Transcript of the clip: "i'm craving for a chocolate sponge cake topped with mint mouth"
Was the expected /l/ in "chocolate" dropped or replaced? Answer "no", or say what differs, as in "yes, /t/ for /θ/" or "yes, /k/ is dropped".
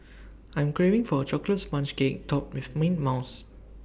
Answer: no